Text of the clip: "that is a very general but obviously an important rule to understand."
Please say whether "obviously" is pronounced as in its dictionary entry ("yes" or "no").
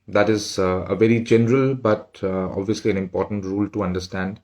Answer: yes